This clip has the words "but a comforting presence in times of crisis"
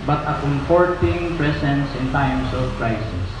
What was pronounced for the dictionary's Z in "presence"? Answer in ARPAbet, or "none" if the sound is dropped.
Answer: S